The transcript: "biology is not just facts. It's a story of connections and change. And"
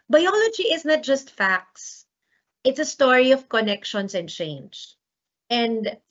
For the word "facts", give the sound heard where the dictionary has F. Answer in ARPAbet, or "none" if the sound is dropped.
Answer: F